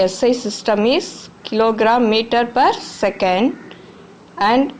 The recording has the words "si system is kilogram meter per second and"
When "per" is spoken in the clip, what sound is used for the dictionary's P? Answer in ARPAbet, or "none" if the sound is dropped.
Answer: P